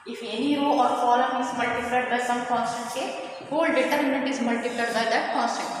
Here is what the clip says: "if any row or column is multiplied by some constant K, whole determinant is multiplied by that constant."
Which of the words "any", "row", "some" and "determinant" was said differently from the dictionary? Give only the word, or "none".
determinant